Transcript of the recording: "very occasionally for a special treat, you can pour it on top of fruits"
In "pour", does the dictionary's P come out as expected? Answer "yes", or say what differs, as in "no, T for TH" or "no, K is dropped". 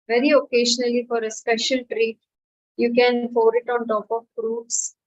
no, F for P